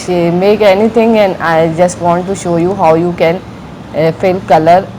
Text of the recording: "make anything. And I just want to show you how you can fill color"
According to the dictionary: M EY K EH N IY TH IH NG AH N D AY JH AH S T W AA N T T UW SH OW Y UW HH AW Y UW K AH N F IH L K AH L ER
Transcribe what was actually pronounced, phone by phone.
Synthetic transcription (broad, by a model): M EY K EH N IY T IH NG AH N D AY JH AH S T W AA N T T UW SH OW Y UW HH AW Y UW K AH N F IH L K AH L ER